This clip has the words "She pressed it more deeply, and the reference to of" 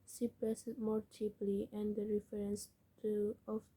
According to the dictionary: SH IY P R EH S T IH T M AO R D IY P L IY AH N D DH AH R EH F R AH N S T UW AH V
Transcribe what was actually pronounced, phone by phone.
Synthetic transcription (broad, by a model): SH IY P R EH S IH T M AO R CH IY P L IY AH N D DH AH R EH F R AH N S T UW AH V